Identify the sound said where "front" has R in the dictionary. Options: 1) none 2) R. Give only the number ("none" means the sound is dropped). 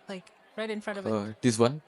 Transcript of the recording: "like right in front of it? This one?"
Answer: 2